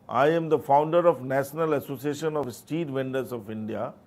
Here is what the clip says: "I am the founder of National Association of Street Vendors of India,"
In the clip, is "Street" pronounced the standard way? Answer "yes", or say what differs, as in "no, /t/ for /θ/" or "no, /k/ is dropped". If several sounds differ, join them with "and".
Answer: no, /ɹ/ is dropped